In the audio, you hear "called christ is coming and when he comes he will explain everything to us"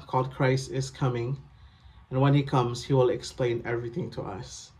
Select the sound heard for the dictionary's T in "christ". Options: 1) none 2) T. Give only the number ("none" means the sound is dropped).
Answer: 1